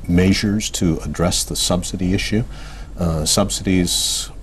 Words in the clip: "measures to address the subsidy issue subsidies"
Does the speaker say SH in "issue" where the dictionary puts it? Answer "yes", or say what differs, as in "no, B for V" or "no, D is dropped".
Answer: yes